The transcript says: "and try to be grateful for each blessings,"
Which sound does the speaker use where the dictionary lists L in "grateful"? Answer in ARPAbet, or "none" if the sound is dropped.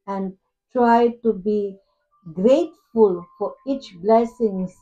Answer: L